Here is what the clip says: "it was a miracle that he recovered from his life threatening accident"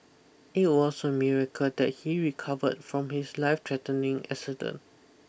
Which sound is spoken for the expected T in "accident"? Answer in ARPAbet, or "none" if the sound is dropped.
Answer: none